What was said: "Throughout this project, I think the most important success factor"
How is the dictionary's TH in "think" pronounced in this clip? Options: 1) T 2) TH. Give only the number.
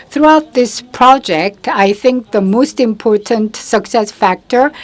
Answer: 2